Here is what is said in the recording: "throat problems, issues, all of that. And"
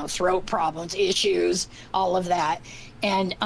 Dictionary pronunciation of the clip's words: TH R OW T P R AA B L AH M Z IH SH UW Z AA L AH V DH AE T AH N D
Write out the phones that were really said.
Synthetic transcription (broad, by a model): TH R OW T P R AA B L AH M Z IH SH UW Z AA L AH V DH AE T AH N